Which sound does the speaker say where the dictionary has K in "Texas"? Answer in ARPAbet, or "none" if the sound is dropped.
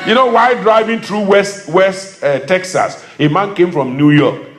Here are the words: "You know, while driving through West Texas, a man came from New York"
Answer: K